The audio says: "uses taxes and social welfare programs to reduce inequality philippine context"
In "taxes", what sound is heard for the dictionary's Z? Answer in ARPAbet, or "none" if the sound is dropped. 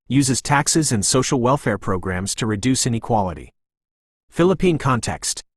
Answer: Z